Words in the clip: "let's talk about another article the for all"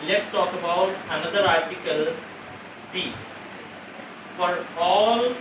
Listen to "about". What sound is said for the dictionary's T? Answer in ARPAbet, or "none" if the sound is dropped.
T